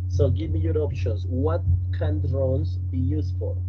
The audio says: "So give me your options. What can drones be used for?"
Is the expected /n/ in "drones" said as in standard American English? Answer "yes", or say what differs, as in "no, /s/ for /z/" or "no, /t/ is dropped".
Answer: no, /l/ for /n/